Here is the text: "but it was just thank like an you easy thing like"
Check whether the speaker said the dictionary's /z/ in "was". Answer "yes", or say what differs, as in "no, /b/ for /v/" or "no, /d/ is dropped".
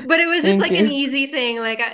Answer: yes